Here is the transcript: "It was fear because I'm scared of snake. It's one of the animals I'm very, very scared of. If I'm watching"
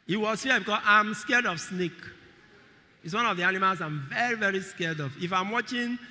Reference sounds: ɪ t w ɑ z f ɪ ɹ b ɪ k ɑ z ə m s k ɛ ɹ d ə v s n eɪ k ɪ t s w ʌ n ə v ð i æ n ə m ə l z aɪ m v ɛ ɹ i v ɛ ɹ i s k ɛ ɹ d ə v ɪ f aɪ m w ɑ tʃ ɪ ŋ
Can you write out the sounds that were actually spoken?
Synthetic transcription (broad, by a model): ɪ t w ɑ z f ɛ b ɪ k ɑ s ə m s k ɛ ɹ d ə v s n eɪ k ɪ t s w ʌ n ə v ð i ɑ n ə m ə l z aɪ m v ɛ ɹ i v ɛ ɹ i s k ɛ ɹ d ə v ɪ f aɪ m w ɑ tʃ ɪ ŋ